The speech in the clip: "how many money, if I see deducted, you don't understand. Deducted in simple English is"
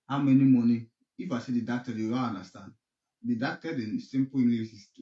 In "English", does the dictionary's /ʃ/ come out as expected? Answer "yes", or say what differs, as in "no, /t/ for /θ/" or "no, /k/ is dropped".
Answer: no, /s/ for /ʃ/